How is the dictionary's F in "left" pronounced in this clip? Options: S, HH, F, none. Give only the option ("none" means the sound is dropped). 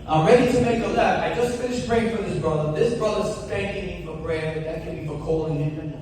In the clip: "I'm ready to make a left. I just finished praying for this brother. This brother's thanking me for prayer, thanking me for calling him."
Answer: none